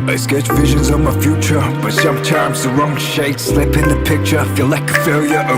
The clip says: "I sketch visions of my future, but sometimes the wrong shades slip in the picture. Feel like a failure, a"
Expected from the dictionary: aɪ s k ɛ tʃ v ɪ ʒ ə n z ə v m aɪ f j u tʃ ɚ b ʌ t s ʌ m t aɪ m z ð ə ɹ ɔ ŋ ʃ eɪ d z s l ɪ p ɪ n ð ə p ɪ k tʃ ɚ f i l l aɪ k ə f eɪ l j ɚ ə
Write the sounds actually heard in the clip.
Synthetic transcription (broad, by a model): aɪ s k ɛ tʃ v ɪ ʒ ə n z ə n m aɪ f j u tʃ ɚ b ʌ t s ʌ m t aɪ m z ð ə ɹ ɔ ŋ ʃ eɪ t s l ɪ p ɪ n ð ə p ɪ k tʃ ɚ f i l l aɪ k ə f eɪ l j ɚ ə